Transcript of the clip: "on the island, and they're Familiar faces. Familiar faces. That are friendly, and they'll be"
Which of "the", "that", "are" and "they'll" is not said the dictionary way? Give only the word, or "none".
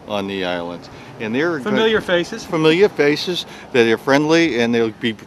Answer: none